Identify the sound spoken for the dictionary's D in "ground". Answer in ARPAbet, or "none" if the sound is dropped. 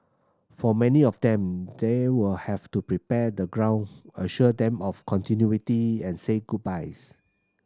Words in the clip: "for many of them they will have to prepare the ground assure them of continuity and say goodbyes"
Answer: none